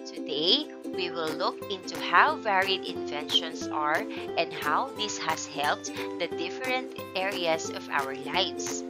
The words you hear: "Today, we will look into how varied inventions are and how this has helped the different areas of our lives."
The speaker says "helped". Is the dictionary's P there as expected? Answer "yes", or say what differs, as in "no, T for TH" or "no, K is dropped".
yes